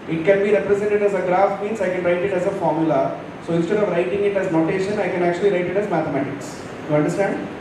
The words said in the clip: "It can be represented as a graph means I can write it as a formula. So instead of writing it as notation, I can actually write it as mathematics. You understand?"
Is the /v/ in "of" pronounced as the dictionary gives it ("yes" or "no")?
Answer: yes